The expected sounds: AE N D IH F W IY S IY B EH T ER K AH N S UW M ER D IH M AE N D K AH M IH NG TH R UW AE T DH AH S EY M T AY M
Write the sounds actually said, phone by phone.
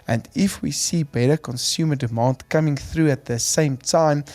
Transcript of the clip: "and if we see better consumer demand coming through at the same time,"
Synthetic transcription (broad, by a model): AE N D IH F W IY S IY B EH T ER K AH N S UW M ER D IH M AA N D K AH M IH NG TH R UW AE T DH AH S EY M T AY M